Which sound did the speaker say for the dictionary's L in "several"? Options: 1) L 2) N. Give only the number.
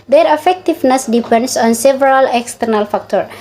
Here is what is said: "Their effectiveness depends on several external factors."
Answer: 1